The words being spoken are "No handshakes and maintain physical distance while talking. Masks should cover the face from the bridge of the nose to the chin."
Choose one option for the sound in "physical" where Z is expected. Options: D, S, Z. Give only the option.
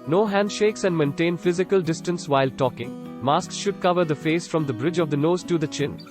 Z